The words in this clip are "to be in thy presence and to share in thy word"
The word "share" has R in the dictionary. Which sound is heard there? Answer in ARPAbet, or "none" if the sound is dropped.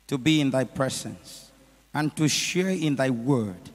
R